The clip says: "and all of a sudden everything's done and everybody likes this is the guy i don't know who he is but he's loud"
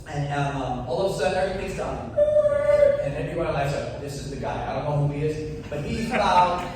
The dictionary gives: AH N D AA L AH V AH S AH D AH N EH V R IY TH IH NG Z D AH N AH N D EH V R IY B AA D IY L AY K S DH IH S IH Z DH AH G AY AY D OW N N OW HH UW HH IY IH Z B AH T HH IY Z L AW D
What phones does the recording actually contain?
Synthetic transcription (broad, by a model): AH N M AA L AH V AH S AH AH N EH V R IY TH IH NG Z D AH N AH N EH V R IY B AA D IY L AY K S DH IH S IH Z DH AH G AY AY D OW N N OW HH UW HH IY IH Z B AH T HH IY Z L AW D